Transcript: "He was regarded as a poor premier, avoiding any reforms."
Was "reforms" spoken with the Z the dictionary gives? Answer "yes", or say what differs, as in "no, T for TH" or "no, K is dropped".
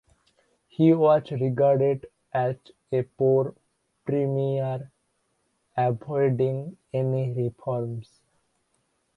no, S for Z